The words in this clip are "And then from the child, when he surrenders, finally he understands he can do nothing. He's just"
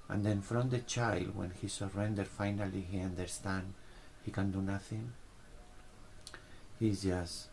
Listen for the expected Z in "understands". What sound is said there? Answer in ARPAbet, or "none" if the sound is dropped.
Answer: none